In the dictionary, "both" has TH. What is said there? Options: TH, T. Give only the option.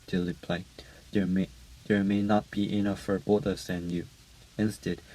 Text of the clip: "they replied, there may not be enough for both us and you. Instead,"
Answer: T